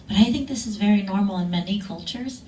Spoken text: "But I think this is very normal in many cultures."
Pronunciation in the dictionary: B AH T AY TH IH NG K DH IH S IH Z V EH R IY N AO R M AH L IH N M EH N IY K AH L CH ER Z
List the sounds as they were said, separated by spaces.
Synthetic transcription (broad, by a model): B AH T AY TH IH NG K DH IH S IH Z V EH R IY N AO R M L IH N M EH N IY K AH L CH ER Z